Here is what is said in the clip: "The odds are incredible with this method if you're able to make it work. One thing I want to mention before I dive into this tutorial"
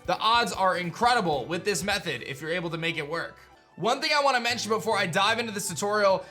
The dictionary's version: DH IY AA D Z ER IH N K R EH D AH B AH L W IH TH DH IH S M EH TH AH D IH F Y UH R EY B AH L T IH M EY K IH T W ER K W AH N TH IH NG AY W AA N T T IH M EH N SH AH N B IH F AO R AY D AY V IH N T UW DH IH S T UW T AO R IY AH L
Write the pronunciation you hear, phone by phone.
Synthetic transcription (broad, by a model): DH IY AA D Z ER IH N K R EH D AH B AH L W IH DH IH S M EH TH AH D IH F Y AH R EY B L T IH M EY K IH T W ER K W AH N TH IH NG AY W AA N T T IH M EH N SH AH N B IH F AO R AY D AY V IH N T UW DH IH S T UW T AO R IY L